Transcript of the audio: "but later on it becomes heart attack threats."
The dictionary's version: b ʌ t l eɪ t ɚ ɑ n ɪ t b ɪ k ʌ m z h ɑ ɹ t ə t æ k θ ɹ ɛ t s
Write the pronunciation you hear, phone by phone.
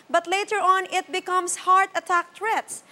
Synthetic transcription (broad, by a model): b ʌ t l eɪ t ɚ ɑ n ɪ t b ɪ k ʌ m s h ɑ ɹ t ə t æ k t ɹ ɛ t s